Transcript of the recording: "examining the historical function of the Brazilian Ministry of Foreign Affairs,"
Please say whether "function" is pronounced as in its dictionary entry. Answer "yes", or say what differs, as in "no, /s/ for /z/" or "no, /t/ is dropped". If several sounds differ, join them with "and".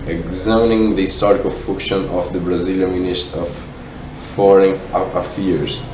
no, /ŋ/ is dropped